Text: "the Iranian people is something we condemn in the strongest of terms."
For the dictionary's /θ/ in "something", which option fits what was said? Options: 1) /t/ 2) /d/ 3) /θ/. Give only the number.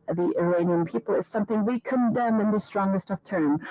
3